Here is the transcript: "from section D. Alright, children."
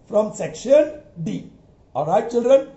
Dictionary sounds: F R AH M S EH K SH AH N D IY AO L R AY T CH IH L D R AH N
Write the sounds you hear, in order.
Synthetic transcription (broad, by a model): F R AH M S EH K SH AH N D IY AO R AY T CH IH L D R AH N